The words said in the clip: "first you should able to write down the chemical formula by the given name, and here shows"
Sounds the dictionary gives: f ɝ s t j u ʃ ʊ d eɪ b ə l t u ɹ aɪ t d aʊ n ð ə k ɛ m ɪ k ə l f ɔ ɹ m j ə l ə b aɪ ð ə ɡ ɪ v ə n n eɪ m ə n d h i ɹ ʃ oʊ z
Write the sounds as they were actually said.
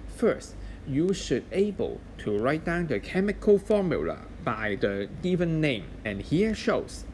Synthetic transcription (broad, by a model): f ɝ s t j u ʃ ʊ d eɪ b ə l t u ɹ aɪ t d aʊ n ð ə k ɛ m ɪ k ə l f ɔ ɹ m j ə l ə b aɪ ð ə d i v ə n n eɪ m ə n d h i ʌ ʃ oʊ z